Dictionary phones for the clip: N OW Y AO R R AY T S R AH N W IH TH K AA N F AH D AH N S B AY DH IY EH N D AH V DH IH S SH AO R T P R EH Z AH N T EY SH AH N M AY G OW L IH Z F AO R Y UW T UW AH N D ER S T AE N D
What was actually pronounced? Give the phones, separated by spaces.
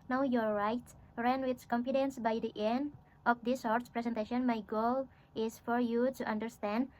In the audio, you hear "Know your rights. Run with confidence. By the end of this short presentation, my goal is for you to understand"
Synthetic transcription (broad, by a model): N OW Y AO R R AY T R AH N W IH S K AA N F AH D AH N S B AY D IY EH N D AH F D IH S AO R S P R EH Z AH N T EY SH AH N M AY G OW L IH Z F AO R Y UW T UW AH N D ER S T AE N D